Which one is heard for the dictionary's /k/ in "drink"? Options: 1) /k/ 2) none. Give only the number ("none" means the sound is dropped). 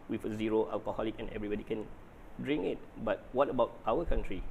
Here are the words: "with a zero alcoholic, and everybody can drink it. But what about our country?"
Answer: 2